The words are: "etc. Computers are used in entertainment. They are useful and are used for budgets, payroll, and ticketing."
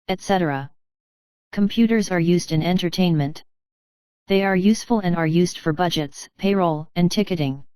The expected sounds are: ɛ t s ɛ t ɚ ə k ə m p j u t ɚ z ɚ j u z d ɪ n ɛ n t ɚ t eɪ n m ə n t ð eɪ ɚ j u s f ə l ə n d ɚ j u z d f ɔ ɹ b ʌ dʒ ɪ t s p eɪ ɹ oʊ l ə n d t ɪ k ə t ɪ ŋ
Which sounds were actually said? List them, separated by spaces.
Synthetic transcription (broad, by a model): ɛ t s ɛ t ɚ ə k ə m p j u t ɚ z ɚ j u z d ɪ n ɛ n t ɚ t eɪ n m ə n t ð eɪ ɚ j u s f ə l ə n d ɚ j u z d f ɔ ɹ b ʌ dʒ ɪ t s p eɪ ɹ oʊ l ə n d t ɪ k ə t ɪ ŋ